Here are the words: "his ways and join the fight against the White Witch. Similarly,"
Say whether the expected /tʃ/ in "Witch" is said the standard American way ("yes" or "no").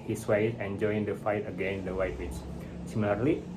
no